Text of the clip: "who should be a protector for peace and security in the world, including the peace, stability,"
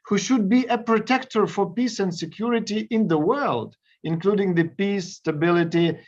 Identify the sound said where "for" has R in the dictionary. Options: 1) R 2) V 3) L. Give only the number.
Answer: 1